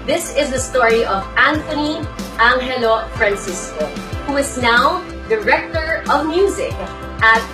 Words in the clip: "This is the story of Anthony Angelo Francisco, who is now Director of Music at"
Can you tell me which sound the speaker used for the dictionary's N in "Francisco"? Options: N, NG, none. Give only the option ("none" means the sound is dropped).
N